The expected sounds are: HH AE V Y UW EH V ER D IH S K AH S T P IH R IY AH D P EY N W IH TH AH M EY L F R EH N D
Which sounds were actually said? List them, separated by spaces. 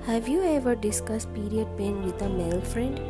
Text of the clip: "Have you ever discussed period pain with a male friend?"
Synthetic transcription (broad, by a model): HH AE V Y UW EH V ER D IH S K AH S T P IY R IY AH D P EY N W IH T AH M EY L F R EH N D